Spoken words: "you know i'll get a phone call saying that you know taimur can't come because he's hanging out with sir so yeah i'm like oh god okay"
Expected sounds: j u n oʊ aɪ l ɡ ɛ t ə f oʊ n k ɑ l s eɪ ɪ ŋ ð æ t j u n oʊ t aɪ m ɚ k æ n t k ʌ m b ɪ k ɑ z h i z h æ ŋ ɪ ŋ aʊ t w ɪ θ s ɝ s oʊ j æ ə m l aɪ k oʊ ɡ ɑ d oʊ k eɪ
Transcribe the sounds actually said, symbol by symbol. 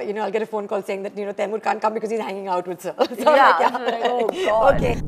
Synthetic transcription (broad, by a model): j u n oʊ aɪ l ɡ ɛ t ə f oʊ n k ɑ l s eɪ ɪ ŋ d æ t j u n oʊ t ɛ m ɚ k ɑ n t k ʌ m b ɪ k ɑ z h i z h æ ŋ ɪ ŋ aʊ t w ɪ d s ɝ s oʊ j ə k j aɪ oʊ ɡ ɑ oʊ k eɪ